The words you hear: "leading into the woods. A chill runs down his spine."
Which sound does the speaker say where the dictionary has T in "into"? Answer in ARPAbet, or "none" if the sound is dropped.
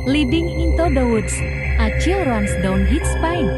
T